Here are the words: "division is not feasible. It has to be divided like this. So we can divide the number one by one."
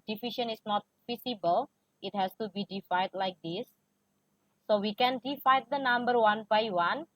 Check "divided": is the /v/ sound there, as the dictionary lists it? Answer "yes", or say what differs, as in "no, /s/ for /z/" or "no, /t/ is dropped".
no, /f/ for /v/